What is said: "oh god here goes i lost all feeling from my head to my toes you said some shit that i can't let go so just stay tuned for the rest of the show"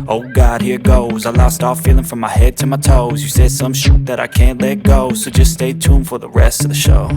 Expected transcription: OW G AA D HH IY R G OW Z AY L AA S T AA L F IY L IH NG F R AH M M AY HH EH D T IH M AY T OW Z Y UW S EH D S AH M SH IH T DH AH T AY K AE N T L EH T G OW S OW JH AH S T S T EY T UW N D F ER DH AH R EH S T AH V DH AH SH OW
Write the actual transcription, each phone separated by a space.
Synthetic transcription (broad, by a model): OW G AA D HH IY R G OW Z AY L AA S T AA L F IY L IH NG F R AH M M AY HH EH D T IH M AY T OW Z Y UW S EH D S AH M SH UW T DH AH T AY K AE N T L EH T G OW S OW JH AH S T S T EY T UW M F ER DH AH R EH S T AH V DH AH SH OW